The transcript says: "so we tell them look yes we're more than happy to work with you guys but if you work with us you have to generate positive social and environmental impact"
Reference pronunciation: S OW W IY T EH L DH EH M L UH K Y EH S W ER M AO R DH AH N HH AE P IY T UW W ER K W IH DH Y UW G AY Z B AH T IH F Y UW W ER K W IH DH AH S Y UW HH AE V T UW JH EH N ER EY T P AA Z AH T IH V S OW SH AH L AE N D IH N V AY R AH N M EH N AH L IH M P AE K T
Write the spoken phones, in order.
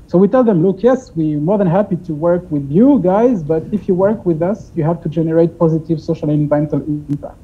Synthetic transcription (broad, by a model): S OW W IY T EH L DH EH M L UH K Y EH S W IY M AO R DH AH N HH AE P IY T UW W ER K W IH DH Y UW G AY Z B AH T IH F Y UW W ER K W IH DH AH S Y UW HH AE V T UW JH EH N ER EY T P AA Z AH T IH V S OW SH AH L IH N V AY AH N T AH L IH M P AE K T